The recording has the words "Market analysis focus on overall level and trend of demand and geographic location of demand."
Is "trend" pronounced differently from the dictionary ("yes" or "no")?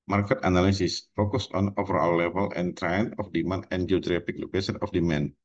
yes